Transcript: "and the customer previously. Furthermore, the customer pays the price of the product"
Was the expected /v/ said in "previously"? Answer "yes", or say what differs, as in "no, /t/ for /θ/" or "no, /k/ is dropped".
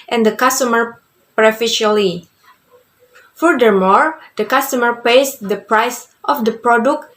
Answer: no, /f/ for /v/